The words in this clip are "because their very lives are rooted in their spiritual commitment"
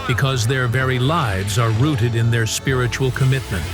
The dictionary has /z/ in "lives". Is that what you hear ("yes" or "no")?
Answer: yes